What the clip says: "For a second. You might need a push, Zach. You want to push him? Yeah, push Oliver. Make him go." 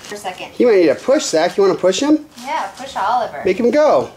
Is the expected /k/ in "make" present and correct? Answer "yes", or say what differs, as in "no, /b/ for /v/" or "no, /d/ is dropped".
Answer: yes